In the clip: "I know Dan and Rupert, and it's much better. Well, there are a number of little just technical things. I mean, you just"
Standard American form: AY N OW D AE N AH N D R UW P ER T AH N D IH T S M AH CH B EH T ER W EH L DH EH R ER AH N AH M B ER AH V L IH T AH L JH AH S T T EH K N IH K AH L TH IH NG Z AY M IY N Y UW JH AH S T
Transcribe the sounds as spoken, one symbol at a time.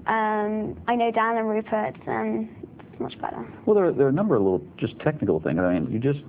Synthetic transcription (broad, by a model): AY N OW D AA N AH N R UW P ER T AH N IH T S M AH CH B EH T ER W EH L DH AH R ER AH N AH M B ER AH V L IH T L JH AH S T T EH K N IH K AH L TH IH NG Z AY M IY N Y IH JH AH S T